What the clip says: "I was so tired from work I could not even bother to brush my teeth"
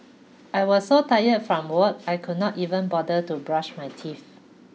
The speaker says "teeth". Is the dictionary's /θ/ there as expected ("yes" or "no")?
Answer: no